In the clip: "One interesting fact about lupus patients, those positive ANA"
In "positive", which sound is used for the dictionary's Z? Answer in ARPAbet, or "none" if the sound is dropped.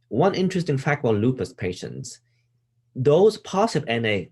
S